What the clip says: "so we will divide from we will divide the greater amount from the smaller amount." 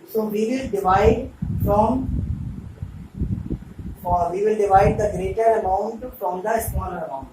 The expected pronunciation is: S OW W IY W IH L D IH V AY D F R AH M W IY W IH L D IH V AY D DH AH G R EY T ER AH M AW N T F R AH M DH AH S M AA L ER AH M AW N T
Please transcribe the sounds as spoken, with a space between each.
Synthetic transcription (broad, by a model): S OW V IY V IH L D IH V AY D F R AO M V IY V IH L D IH V AY D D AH G R EY T ER AH M AW N T F R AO M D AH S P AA N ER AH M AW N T